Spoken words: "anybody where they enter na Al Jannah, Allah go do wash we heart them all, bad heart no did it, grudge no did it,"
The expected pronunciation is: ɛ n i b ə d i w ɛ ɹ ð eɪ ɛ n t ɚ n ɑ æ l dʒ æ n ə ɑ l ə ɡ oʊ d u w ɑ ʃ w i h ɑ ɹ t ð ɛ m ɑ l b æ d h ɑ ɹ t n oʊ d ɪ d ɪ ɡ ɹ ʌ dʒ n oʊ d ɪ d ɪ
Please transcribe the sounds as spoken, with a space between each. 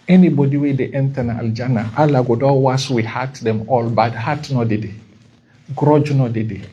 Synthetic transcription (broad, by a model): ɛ n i b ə d i w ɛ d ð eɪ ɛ n t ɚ n ɑ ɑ l dʒ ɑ n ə ɑ l ə ɡ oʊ d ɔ w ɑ s w i h ɑ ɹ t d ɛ m ɑ l b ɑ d h ɑ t n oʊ d ɪ d ɪ ɡ ɹ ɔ dʒ n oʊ d ɪ d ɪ